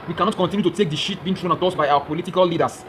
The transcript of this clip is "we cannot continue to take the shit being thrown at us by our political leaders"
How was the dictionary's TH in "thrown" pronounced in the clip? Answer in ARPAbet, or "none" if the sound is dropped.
T